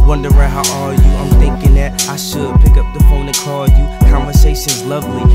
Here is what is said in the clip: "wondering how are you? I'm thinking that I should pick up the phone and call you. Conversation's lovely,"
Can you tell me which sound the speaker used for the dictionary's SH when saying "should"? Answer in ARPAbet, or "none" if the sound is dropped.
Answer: S